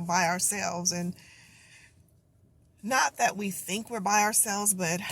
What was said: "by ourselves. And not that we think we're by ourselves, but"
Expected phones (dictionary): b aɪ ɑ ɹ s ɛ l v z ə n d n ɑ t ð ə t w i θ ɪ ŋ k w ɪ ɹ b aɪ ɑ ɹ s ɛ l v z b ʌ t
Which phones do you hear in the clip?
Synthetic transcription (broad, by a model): b aɪ ɑ ɹ s ɛ l v z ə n n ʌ t ð ə t w i θ ɪ ŋ k w ɪ ɹ b aɪ ɑ ɹ s ɛ l v z b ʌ t